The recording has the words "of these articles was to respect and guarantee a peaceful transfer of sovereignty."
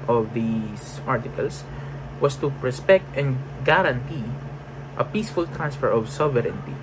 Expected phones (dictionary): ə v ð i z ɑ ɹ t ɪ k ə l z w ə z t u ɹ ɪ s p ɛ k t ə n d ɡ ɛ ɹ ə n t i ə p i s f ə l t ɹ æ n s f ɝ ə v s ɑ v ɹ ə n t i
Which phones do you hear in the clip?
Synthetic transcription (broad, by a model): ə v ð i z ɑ ɹ t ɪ k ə l s w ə s t u ɹ ɪ s p ɛ k t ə n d ɡ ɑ ɹ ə n t i ə p i s f ə l t ɹ æ n s f ɝ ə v s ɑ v ɹ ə n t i